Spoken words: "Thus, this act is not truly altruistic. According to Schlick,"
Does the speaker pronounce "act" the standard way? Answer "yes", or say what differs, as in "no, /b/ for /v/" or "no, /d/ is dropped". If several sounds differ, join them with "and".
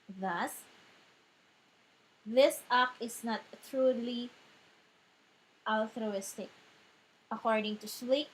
no, /t/ is dropped